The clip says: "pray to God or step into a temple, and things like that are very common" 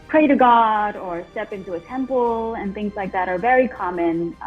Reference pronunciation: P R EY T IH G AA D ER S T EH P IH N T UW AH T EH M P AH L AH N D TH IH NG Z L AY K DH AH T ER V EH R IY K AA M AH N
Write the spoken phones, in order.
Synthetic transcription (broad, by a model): P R EY T IH G AA D ER S T EH P IH N T UW AH T EH M P L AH N TH IH NG Z L AY K DH AH T ER V EH R IY K AA M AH N